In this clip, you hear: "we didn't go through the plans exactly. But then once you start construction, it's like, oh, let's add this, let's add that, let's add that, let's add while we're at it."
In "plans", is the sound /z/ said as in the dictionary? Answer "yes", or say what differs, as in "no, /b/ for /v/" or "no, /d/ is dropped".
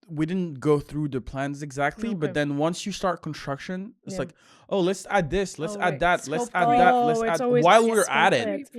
yes